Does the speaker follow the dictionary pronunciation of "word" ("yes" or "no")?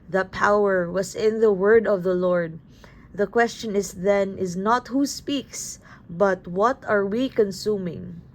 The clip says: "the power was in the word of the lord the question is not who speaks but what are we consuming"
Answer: yes